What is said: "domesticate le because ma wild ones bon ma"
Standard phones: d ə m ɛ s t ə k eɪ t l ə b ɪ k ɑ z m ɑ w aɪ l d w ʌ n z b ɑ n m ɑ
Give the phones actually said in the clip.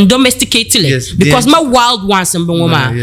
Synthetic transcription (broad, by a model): d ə m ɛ s t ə k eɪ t l ə b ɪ k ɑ s m ɑ w aɪ l d w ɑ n s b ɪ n m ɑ